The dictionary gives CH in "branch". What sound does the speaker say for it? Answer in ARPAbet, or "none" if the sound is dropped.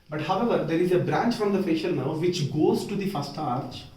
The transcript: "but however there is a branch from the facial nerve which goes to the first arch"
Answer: CH